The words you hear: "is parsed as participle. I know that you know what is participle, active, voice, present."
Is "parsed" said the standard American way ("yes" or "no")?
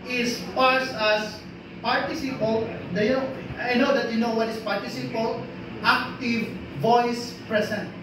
no